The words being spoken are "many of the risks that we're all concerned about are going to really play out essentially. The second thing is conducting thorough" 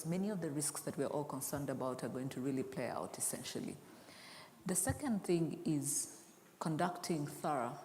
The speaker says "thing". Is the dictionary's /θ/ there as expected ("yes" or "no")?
yes